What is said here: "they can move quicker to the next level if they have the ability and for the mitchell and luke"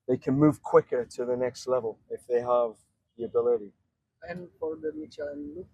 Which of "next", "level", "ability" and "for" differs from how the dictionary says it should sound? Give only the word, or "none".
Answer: for